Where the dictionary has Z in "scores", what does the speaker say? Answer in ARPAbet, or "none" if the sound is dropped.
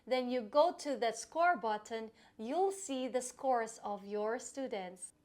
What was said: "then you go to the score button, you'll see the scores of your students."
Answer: S